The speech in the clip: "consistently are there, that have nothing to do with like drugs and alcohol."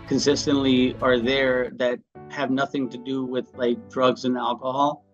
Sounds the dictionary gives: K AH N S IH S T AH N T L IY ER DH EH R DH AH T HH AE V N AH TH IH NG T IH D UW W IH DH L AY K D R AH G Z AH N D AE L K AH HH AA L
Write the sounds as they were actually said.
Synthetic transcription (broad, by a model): K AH N S IH S T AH N T L IY ER DH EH R DH AH T HH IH V N AH TH IH NG T IH D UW W IH DH L AY K D R AH G Z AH N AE L K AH HH AA L